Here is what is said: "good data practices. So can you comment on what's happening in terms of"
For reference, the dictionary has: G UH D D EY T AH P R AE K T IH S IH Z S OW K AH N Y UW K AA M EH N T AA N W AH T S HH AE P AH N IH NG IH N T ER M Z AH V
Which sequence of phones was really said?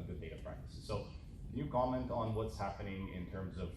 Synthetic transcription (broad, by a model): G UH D D EY T AH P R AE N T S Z S OW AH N Y UW K AA M EH N T N W AH T S HH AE P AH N IH NG IH N T ER M Z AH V